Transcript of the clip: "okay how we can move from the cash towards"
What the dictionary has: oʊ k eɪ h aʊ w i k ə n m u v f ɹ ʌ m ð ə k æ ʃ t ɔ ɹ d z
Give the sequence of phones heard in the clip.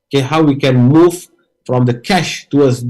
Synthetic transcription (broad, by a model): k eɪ h aʊ w i k ə n m u v f ɹ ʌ m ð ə k æ ʃ t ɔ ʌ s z